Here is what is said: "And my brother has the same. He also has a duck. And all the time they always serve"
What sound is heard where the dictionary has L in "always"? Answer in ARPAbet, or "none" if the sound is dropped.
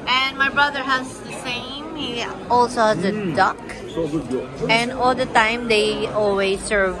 L